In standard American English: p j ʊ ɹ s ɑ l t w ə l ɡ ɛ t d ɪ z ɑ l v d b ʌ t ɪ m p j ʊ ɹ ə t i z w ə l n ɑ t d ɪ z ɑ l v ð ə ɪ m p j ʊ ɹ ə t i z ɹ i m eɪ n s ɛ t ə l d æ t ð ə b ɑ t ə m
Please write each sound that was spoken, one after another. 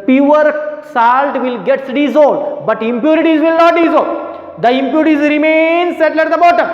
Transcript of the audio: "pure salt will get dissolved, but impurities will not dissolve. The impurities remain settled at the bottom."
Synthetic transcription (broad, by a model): p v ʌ ɹ s ɑ l t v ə l ɡ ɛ t d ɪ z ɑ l d b ʌ t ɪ m p j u ɹ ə t i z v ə l n ɑ t d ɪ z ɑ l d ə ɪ m p j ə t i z ɹ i m eɪ n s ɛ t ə l ɛ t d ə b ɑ t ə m